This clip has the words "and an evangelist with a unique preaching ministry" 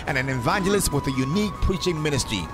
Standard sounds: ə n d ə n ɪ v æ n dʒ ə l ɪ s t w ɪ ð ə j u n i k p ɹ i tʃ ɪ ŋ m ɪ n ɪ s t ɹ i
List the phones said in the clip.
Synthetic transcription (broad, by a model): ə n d ə n ɪ v æ n dʒ ə l ɪ s t w ɪ ð ə j u n i k p ɹ i tʃ ɪ ŋ m ɪ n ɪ s t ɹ i